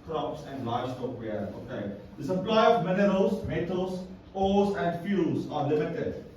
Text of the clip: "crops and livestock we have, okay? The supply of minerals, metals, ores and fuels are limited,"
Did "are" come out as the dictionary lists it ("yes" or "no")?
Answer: yes